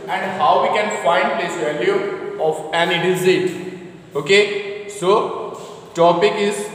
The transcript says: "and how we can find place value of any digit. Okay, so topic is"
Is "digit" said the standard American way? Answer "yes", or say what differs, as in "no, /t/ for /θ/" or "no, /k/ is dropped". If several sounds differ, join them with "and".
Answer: no, /z/ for /dʒ/